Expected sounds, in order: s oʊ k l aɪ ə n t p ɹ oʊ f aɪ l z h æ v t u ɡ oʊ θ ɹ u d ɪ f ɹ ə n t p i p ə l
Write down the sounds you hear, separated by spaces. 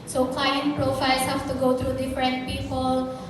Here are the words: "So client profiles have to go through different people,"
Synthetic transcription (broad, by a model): s oʊ k l aɪ ə n t p ɹ oʊ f aɪ l s h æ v t u ɡ oʊ t ɹ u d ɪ f ɹ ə n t p i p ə l